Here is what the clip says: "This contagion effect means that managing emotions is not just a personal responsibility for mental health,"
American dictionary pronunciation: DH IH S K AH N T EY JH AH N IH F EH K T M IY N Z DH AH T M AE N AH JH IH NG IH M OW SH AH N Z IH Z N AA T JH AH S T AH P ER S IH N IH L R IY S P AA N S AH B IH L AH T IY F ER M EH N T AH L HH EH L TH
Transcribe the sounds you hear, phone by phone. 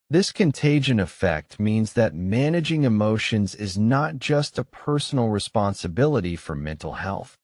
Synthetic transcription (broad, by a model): DH IH S K AH N T EY JH AH N IH F EH K T M IY N Z DH AH T M AE N AH JH IH NG IH M OW SH AH N Z IH Z N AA T JH AH S T AH P ER S N L R IY S P AA N S AH B IH L AH T IY F ER M EH N T L HH EH L TH